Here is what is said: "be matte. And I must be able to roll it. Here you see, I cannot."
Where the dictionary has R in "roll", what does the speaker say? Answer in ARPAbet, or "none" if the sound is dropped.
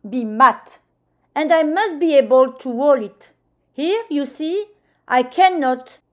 W